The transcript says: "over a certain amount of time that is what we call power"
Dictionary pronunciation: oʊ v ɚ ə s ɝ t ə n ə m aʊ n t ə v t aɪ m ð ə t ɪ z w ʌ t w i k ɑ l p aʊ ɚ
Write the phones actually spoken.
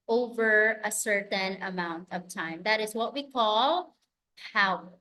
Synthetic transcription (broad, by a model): oʊ v ɚ ə s ɝ t ə n ə m aʊ n t ə v t aɪ m ð ə t ɪ z w ʌ t w i k ɑ l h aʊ